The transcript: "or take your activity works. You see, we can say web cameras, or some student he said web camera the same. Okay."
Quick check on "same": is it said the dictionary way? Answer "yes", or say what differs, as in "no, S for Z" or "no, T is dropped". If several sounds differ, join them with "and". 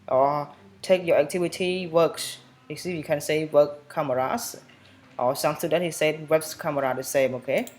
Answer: yes